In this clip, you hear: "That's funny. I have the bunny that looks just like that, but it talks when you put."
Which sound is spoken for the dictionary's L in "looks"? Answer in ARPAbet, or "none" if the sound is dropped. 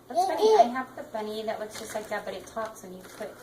W